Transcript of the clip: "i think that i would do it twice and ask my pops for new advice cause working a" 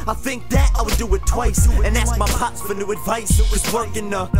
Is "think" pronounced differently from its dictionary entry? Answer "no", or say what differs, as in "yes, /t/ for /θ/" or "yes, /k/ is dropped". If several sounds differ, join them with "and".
no